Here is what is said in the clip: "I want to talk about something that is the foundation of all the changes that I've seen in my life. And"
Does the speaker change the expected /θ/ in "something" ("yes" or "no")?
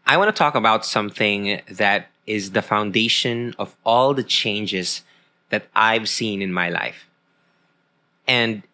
no